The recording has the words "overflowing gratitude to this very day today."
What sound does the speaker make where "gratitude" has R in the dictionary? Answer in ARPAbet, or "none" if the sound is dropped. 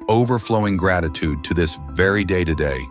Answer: R